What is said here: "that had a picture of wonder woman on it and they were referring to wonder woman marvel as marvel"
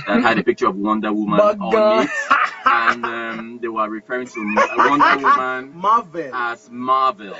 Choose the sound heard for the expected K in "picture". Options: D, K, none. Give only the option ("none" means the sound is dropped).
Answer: K